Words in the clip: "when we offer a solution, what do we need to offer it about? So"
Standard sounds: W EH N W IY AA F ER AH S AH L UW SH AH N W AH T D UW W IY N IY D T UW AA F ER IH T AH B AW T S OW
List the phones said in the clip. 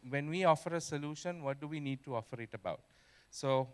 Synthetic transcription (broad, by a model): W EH N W IY AA F ER AH S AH L UW SH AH N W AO T D UW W IY N IY D T UW AA F ER IH T AH B AW T S OW